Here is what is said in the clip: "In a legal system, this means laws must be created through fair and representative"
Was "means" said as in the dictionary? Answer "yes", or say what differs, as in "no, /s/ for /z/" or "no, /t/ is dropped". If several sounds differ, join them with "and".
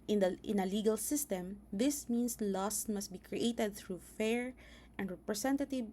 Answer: no, /s/ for /z/